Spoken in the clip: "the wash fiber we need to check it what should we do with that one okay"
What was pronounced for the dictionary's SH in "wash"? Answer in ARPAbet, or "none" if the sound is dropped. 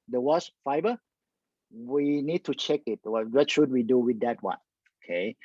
S